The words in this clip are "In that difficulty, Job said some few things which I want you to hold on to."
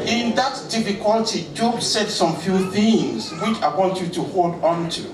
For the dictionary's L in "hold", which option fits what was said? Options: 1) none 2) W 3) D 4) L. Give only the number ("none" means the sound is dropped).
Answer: 4